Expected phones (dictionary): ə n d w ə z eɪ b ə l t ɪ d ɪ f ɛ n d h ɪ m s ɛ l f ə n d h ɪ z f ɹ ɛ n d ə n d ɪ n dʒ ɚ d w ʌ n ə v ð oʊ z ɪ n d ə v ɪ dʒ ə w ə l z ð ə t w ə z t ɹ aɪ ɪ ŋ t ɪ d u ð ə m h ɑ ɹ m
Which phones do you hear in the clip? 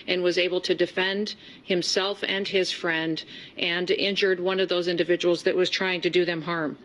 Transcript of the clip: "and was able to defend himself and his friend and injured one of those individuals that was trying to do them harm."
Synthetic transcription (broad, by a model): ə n w ə z eɪ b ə l t ɪ d ɪ f ɛ n d h ɪ m s ɛ l f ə n ɪ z f ɹ ɛ n d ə n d ɪ n dʒ ɚ d w ʌ n ə v ð oʊ z ɪ n d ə v ɪ dʒ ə w l z ð ə t w ə z t ɹ aɪ ɪ ŋ t ɪ d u ð ə m h ɑ ɹ m